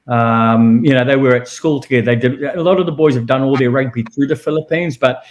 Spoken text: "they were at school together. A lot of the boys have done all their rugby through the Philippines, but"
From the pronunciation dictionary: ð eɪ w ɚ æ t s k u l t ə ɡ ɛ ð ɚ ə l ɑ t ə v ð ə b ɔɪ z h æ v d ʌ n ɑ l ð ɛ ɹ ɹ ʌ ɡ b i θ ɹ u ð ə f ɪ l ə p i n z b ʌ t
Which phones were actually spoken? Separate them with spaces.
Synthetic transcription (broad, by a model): ð eɪ w ɚ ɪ t s k u l t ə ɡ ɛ ð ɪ ə l ɑ t ə v ð ə b ɔɪ z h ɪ v d ʌ n ɑ l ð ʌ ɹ ɹ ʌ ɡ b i θ ɹ u ð ə f ɪ l ə p i n z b ʌ t